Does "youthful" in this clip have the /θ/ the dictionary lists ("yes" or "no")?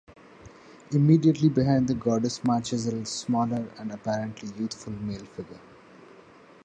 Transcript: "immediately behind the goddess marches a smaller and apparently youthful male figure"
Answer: no